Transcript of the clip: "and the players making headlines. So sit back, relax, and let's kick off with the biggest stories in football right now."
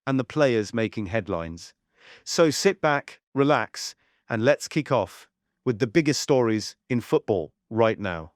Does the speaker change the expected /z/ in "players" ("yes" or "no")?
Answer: no